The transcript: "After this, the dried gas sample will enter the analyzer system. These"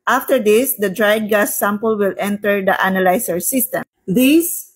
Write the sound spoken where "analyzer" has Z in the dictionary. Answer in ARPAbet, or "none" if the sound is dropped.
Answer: S